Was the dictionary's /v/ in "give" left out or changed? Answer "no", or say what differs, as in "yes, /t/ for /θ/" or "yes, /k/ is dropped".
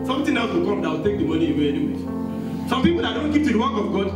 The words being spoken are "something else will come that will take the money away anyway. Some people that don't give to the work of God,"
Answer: yes, /p/ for /v/